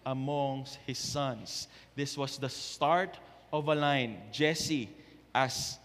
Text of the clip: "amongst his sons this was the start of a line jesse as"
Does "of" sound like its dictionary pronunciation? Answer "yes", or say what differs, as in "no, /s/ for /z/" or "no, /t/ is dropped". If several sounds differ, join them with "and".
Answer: yes